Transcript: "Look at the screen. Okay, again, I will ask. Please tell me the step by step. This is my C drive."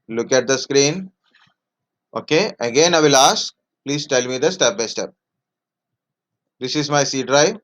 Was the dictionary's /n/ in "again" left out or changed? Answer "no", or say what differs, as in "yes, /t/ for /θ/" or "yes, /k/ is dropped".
no